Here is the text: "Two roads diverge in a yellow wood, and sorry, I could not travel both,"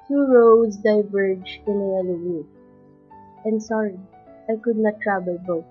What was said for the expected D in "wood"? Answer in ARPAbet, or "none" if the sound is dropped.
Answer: none